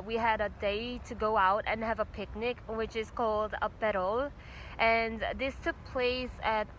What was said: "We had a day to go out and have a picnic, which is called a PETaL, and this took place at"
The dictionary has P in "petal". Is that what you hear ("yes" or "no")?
no